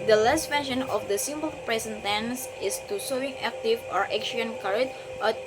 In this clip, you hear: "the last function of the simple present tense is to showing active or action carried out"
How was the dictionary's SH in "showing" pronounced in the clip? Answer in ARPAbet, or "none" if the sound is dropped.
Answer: S